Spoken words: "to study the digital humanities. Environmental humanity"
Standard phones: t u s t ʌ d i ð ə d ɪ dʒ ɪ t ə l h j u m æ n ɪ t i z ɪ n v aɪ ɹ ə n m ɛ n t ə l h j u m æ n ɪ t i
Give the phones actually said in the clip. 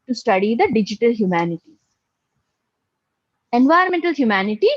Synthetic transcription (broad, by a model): t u s t ʌ d i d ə d ɪ dʒ ɪ t ə l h j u m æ n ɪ t i ɪ n v aɪ ə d m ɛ n t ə l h j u m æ n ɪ t i